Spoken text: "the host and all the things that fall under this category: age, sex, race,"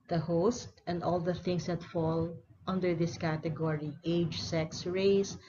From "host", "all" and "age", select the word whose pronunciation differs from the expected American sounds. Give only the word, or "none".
none